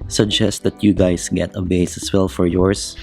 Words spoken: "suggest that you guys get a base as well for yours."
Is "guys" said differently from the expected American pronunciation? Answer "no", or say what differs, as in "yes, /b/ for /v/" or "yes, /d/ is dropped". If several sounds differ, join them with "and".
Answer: yes, /s/ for /z/